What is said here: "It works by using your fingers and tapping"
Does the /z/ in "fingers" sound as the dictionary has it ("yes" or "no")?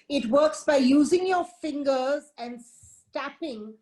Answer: yes